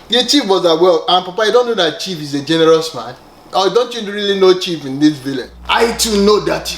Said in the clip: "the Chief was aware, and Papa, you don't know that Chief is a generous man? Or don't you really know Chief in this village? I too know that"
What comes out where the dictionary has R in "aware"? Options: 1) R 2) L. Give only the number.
2